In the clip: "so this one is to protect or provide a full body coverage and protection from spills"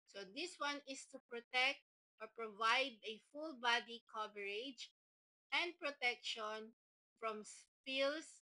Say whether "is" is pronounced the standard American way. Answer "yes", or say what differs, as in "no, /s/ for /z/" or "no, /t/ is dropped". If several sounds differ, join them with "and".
no, /s/ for /z/